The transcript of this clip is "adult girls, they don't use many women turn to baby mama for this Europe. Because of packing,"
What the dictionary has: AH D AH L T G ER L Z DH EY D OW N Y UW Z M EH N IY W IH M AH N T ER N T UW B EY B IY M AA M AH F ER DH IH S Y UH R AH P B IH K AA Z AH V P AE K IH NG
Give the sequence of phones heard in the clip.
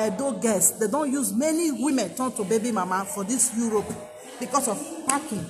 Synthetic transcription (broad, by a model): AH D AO G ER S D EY D OW N Y UW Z M EH N IY W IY M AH N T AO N T UW B EY B IY M AA M AH F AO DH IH S Y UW R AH P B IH K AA S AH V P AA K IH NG